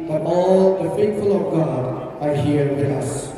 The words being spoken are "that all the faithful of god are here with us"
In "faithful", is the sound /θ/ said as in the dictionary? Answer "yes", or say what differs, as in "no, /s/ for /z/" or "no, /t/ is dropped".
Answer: no, /t/ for /θ/